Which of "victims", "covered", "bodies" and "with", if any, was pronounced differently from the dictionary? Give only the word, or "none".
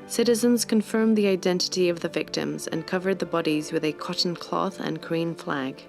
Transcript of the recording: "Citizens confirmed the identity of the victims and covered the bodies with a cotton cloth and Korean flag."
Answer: none